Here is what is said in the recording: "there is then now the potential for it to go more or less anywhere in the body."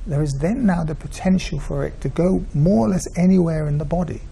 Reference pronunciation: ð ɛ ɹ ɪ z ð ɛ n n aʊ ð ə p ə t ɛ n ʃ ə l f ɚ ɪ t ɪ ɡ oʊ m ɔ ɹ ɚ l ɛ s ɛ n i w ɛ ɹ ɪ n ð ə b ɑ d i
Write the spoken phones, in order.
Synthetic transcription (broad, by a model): ð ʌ ɹ ɪ z ð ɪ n n aʊ ð ə p ə t ɛ n ʃ ə l f ɚ ɪ t ɪ ɡ oʊ m ɔ ɹ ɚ l ɛ s ɛ n i w ɛ ɹ ɪ n ð ə b ɑ d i